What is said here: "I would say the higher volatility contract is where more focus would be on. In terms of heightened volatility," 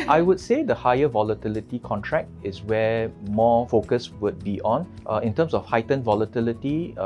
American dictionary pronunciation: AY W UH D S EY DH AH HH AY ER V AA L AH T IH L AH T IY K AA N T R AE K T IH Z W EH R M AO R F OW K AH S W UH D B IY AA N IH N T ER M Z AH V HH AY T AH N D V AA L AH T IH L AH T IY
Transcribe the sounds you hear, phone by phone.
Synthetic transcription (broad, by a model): AY W UH D S EY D AH HH AY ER V AA L AH T IH L AH T IY K AA N T R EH K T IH S W EH M AO F OW K AH S W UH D B IY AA N IH N T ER M S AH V HH AY T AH N V AA L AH T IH L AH T IY